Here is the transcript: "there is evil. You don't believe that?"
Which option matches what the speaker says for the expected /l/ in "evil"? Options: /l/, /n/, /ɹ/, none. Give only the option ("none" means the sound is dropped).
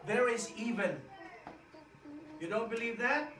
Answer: /n/